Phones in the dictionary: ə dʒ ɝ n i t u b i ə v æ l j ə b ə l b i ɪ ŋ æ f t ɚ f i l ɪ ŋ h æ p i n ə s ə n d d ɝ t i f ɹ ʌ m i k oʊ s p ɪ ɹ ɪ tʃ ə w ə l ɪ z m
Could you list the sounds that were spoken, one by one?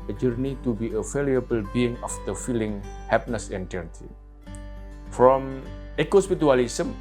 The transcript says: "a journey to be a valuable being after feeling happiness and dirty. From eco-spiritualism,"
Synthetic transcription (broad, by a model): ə dʒ ɝ n i t u b i ə f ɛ l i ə b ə l b i ɪ ŋ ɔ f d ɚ f i l ɪ ŋ h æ p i n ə s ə n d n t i f ɹ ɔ m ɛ k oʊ s p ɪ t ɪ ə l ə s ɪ m